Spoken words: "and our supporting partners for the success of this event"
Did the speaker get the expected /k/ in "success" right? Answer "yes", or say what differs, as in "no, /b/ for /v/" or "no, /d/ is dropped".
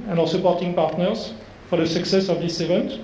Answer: yes